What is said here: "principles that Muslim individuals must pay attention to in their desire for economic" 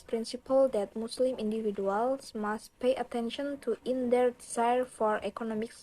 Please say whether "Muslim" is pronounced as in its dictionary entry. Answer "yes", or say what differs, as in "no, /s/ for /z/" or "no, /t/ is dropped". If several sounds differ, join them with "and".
no, /s/ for /z/